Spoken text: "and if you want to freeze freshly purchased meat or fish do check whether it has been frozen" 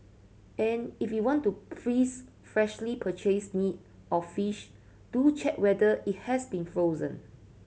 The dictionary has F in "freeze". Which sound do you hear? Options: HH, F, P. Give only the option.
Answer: P